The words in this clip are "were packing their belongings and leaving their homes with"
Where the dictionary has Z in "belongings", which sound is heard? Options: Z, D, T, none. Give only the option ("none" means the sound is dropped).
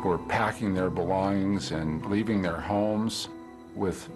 Z